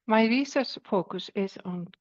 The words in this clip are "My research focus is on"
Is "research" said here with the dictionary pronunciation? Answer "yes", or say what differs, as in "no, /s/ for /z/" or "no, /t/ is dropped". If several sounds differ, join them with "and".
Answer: no, /s/ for /tʃ/